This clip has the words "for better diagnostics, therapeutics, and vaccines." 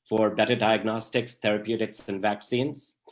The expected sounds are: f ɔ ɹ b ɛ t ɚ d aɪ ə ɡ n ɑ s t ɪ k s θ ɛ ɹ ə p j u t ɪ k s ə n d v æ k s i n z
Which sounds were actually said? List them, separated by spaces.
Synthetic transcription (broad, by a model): f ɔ ɹ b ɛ t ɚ d aɪ ə ɡ n ɑ s t ɪ k s t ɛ ɹ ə p j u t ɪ k s ə n d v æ k s i n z